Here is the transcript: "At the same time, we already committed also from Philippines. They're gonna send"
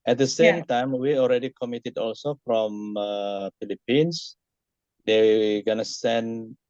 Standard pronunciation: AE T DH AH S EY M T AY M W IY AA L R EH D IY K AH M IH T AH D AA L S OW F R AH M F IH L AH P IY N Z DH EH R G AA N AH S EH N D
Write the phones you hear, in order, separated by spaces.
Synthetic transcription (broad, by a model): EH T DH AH S EY M T AY M W IY AA L R EH D IY K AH M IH T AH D AA L S OW F R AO M F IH L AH P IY N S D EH W G AA N AH S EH N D